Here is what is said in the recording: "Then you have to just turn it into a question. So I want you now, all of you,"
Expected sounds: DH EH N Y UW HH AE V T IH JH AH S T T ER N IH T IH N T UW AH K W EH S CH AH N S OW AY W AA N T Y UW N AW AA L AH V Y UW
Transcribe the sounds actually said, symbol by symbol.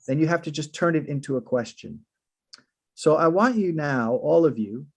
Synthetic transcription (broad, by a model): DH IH N Y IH HH AE F T IH JH AH S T T ER N IH T IH N T UW AH K W EH S CH AH N S OW AY W AA N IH N AW AA L AH V Y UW